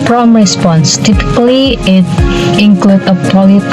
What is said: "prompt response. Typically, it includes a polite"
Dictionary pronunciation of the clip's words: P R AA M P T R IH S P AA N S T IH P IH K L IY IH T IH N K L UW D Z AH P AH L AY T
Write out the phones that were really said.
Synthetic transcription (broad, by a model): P R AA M R IH S P AA N S T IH P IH K L IY IH T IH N K L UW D AH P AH L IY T